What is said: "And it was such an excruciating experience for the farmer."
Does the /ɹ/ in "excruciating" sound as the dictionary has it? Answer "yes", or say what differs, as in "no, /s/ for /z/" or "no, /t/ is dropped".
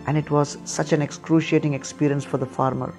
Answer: yes